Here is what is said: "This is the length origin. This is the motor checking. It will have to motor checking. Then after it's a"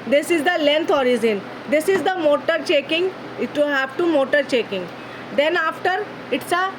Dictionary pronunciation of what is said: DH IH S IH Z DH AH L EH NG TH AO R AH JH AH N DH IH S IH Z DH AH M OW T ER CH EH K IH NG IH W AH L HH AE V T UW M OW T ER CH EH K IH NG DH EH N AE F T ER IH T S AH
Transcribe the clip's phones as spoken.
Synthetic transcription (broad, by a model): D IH S IH Z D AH L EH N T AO R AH Z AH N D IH S IH Z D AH M OW T ER CH EH K IH NG IH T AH HH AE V T UW M OW T ER CH EH K IH NG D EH N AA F T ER IH T S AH